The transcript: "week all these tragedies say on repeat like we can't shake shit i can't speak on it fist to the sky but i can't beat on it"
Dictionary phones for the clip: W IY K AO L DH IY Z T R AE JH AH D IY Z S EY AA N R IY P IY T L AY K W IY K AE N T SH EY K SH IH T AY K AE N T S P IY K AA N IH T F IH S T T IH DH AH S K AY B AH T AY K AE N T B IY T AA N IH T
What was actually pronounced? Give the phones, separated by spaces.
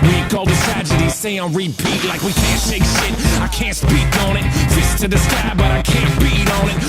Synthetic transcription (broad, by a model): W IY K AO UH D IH T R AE JH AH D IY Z S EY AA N R IY P IY T L AY K W IY K AE N T EY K SH IH T AY K AE N T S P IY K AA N IH T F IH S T T IH DH AH S K AY B AH T AY K AE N B IY T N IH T